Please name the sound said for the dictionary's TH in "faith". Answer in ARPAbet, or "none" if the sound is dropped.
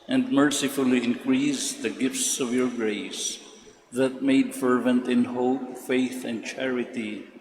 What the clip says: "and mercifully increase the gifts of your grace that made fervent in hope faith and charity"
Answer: TH